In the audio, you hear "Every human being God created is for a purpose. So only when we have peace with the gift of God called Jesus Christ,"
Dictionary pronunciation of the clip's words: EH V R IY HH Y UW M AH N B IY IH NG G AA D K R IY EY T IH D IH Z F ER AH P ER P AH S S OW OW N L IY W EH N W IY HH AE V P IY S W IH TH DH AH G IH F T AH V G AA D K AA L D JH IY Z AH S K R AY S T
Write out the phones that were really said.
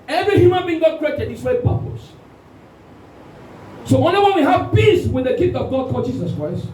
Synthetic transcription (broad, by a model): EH V R IY HH Y UW M AH N B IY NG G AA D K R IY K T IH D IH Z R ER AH P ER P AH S S OW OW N IY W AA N W IY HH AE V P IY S W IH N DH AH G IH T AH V G AA D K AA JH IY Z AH S K R AY S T